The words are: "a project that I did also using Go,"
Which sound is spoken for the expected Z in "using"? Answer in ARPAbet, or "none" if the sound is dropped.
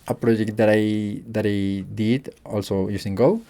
S